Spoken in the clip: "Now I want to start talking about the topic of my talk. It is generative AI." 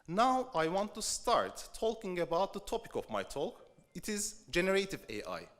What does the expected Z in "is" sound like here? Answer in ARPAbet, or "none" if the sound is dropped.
Z